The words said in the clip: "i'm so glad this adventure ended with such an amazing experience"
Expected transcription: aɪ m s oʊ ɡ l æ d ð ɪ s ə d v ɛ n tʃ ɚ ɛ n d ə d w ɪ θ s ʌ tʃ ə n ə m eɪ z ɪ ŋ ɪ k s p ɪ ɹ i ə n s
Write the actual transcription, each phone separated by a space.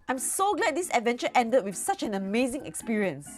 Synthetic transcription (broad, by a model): aɪ m s oʊ ɡ l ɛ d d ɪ s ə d v ɛ n tʃ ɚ ɛ n d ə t w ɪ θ s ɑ tʃ ə n ə m eɪ z ɪ ŋ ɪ k s p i ɹ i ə n s